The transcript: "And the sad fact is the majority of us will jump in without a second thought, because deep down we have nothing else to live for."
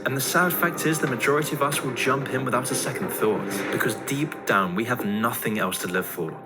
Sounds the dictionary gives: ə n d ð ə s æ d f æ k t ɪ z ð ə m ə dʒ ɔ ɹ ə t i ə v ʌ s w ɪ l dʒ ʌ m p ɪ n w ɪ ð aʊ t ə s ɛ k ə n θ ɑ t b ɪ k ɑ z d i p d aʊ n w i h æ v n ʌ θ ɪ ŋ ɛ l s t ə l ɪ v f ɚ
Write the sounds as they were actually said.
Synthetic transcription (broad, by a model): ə n ð ə s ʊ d f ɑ k t ɪ z ð ə m ə dʒ ɔ ɹ ə t i ə v ʌ s w ɪ l dʒ ʌ m p ɪ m w ɪ ð aʊ t ə s ɛ k ə n θ ɑ t b ɪ k ɑ z d i p d aʊ n w i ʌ v n ʌ θ ɪ ŋ ɛ l s t ə l ɪ v f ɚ